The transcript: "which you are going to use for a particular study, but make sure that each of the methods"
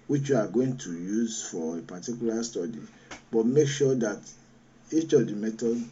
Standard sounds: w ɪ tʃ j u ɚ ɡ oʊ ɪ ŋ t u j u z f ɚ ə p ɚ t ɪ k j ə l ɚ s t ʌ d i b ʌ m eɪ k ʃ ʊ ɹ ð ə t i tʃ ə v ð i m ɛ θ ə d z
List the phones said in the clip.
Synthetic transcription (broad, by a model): w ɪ tʃ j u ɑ ɡ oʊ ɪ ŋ t u j u z f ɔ ə p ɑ t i k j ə l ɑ s t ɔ d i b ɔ m eɪ k ʃ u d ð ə t i tʃ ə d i m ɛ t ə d